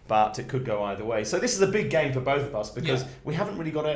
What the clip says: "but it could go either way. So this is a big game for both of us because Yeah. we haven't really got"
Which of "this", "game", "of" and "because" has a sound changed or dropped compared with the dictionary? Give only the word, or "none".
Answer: none